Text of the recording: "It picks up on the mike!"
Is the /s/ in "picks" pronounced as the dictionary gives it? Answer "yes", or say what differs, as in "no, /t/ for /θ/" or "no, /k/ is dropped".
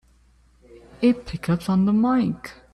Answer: no, /s/ is dropped